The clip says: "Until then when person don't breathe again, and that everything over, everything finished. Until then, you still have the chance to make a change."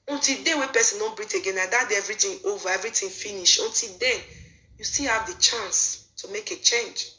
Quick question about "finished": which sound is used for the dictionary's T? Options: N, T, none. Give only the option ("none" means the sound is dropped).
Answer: none